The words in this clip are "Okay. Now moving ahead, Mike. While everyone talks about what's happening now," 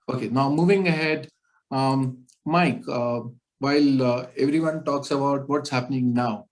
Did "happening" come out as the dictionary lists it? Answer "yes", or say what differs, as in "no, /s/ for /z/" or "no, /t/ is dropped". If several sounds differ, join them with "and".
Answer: yes